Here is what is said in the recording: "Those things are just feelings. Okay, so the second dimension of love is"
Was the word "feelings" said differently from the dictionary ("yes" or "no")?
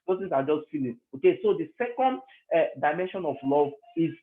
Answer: yes